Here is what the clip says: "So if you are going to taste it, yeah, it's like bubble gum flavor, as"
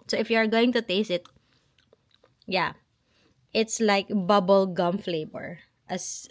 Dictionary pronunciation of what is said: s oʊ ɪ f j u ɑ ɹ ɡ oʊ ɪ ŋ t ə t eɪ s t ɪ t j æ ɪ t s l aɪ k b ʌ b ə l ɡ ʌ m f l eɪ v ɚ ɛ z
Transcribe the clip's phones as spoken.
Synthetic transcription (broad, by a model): s oʊ ɪ f j u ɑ ɹ ɡ oʊ ɪ ŋ t ə t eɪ s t ɪ t j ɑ ɪ t s l aɪ k b ʌ b ə l ɡ ʌ m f l eɪ b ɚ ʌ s